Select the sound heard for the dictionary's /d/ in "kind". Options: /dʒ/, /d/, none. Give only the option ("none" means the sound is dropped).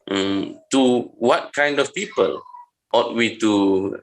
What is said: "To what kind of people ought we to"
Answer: /d/